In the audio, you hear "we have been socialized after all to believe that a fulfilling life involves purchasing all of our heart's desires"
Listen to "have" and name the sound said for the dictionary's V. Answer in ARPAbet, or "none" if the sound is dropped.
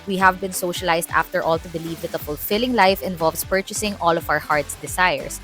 V